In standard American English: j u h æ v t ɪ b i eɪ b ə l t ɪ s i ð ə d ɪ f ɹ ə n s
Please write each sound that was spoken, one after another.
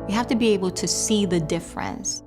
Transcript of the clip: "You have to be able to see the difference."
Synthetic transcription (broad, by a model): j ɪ h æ f t ɪ b i eɪ b l t ɪ s i ð ə d ɪ f ɹ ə n s